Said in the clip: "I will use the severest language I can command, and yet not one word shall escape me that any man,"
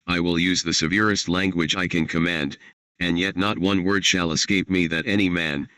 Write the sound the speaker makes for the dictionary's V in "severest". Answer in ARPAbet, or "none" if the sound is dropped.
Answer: V